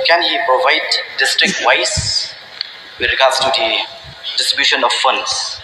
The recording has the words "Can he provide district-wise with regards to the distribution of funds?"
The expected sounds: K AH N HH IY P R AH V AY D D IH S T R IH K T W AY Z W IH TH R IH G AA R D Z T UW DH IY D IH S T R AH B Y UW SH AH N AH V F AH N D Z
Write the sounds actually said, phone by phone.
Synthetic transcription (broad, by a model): K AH N HH IY P R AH V AY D D IH S T R IH K T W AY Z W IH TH R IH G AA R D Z T UW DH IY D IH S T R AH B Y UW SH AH N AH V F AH N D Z